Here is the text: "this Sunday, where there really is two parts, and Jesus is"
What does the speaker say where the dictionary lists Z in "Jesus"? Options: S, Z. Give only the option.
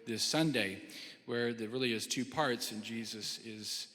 Z